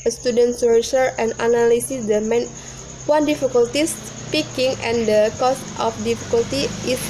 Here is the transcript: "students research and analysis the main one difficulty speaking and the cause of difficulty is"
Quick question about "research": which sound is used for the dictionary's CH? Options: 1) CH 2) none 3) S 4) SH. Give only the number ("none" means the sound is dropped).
2